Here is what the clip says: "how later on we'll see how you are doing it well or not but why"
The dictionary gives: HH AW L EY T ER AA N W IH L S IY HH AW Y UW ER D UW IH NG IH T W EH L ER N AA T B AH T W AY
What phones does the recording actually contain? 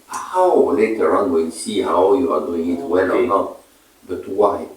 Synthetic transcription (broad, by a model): HH AW L EY T ER AA N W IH N S IY HH AW Y UW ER D UW IH NG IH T W EH L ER N AA T B AH T W AY